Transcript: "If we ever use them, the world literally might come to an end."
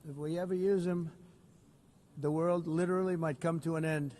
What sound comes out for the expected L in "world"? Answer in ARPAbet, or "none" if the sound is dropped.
L